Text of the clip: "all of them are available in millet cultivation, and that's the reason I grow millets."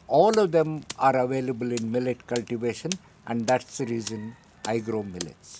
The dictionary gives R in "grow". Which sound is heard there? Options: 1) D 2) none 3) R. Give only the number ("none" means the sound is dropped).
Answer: 3